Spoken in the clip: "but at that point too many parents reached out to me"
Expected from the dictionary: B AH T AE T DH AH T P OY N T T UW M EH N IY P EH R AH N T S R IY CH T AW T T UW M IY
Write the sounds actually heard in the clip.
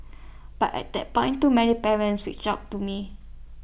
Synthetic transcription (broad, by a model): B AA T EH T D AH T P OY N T T UW M EH N IY P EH R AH N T S W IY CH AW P T UW M IY